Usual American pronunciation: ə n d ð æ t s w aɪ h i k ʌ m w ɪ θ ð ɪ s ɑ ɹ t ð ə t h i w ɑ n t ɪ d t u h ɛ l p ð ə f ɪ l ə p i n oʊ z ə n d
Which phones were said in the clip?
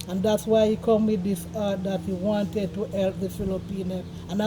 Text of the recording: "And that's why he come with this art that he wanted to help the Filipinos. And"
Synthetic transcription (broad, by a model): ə n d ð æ t s w aɪ h i k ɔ m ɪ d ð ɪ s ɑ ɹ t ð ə t h i w ɑ n t ɪ d t u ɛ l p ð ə f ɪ l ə p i n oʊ ə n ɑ